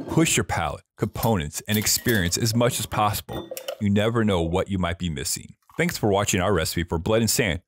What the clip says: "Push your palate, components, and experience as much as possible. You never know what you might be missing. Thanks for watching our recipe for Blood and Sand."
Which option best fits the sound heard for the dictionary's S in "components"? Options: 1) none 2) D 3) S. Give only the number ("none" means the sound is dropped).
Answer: 3